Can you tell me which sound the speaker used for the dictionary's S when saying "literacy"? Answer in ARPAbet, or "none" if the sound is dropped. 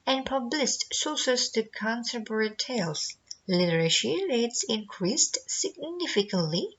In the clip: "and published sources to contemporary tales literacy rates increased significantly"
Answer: SH